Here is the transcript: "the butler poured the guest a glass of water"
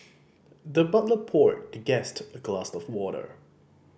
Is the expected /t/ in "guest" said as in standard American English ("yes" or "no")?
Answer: yes